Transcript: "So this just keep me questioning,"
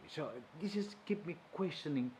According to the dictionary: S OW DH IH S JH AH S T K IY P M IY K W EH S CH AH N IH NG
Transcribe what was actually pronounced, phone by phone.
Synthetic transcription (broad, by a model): S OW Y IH JH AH S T K IY P M IY K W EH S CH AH N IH NG